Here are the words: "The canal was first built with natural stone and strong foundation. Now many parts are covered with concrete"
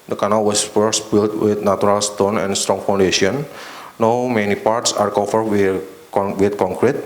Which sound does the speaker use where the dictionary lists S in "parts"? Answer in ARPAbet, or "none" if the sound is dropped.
S